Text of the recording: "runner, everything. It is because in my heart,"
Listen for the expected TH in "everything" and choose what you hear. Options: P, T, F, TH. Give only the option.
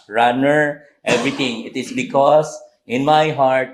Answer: T